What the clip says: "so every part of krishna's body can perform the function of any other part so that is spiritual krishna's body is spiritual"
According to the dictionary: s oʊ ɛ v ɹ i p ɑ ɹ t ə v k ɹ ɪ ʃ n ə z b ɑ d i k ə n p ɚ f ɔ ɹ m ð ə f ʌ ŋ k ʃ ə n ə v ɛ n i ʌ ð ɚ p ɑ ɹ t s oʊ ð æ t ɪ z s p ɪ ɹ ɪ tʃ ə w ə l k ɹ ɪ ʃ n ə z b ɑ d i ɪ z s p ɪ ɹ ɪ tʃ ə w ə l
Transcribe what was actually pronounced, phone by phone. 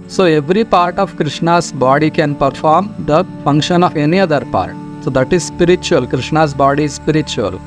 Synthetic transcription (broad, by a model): s oʊ ɛ v ɹ i p ɑ ɹ t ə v k ɹ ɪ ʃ n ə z b ɑ d i k ə n p ɚ f ɔ ɹ m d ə f ʌ ŋ k ʃ ə n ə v ɛ n i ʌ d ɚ p ɑ ɹ t s oʊ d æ t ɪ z s p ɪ ɹ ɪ tʃ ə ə l k ɹ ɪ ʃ n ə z b ɑ d i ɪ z s p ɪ ɹ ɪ tʃ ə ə l